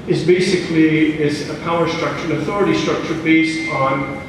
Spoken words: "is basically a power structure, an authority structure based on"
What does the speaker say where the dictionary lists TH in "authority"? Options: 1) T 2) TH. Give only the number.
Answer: 2